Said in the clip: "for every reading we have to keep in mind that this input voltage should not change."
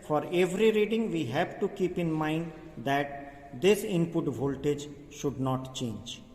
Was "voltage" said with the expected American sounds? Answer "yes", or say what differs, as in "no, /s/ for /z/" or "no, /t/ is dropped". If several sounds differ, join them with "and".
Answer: yes